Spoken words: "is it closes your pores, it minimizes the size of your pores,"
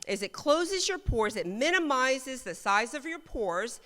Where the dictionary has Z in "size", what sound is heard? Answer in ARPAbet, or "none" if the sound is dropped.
Z